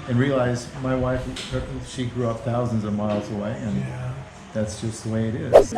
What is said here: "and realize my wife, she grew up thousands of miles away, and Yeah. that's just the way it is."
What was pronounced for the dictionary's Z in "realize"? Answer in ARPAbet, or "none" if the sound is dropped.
Z